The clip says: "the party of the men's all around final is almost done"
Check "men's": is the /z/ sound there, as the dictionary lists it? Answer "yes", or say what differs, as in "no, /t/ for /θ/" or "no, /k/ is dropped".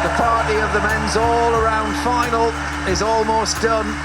yes